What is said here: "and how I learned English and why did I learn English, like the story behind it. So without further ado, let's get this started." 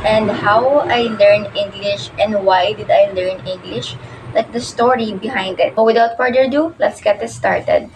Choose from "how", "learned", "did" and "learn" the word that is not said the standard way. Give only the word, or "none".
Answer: learned